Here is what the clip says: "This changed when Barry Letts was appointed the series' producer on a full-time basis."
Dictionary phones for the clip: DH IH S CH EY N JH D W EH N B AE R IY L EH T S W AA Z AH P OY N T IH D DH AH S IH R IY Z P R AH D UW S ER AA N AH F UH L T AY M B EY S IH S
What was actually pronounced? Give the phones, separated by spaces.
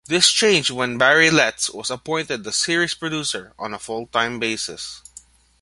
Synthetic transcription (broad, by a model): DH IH S CH EY N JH W EH N B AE R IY L EH T S W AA S AH P OY N T IH D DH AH S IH R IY S P R AH D UW S ER AA N AH F UH L T AY M B EY S IH S